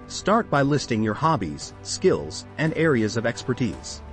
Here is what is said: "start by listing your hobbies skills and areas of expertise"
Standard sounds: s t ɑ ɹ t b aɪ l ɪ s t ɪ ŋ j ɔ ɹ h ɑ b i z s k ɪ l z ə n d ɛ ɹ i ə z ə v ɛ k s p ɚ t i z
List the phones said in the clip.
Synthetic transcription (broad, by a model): s t ɑ ɹ t b aɪ l ɪ s t ɪ ŋ j ɔ ɹ h ɑ b i z s k ɪ l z ə n d ɛ ɹ i ə z ə v ɛ k s p ɚ t i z